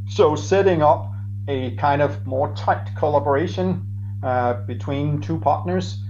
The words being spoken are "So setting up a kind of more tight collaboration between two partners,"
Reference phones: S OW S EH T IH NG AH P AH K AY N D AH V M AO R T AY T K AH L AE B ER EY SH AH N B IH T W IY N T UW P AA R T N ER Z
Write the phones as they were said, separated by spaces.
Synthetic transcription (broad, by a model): S OW S EH T IH NG AH P AH K AY N D AH V M AO R T AY T K AH L AE B ER EY SH AH N B IH T W IY N T UW P AA R T N ER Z